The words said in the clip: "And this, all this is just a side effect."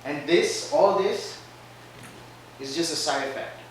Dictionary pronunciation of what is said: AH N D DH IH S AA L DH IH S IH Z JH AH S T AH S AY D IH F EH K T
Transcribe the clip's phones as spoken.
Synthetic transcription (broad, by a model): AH N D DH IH S AA L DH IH S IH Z JH AH S T AH S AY IH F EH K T